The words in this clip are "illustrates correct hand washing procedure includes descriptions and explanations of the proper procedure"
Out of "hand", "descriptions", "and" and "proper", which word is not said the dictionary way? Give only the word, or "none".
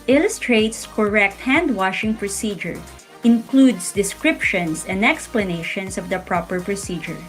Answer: descriptions